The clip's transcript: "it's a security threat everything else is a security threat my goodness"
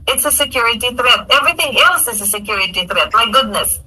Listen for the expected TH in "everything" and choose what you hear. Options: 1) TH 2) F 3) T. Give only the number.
1